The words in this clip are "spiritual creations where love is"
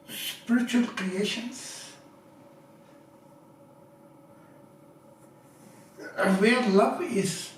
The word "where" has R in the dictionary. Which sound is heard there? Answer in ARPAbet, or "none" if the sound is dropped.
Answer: L